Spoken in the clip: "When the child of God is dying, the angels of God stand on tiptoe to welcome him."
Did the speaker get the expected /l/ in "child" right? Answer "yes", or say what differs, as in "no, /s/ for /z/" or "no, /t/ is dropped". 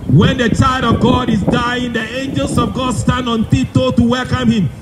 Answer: yes